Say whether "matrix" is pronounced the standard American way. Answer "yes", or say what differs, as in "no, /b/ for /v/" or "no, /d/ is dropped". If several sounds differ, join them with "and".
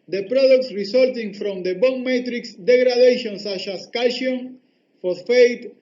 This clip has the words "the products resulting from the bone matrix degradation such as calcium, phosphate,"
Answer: yes